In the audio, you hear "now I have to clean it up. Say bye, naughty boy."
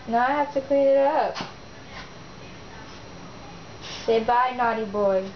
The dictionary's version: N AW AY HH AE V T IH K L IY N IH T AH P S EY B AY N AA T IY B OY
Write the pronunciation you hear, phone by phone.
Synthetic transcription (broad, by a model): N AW AY HH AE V T IH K IY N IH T AH P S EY B AY N AA T IY B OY